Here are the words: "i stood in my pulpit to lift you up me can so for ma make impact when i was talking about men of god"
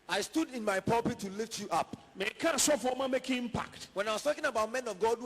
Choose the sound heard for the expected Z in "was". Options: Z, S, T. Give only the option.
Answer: S